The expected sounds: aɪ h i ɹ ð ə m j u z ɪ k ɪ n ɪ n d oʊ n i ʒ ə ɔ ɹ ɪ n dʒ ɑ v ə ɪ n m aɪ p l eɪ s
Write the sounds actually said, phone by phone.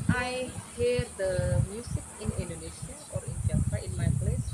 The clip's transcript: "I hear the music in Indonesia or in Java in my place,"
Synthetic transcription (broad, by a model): aɪ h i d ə m j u s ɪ k ɪ n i n d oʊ n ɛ ʃ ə ɔ ɹ ɪ n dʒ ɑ f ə ɪ n m aɪ p l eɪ s